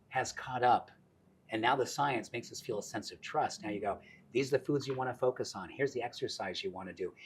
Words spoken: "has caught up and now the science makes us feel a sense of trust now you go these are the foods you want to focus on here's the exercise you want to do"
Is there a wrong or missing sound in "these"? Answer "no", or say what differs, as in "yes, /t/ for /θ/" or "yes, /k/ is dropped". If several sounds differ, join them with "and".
no